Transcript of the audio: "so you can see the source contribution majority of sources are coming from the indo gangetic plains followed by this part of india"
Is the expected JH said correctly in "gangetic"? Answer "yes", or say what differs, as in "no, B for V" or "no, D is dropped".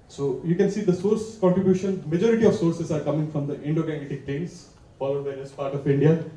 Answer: no, JH is dropped